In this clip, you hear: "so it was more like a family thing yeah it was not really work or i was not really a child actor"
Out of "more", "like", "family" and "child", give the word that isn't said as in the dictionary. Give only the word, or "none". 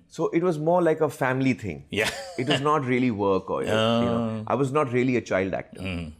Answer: none